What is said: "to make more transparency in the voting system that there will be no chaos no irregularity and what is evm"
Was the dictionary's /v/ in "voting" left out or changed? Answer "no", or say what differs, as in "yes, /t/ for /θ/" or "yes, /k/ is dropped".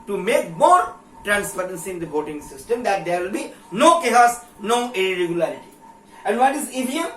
yes, /b/ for /v/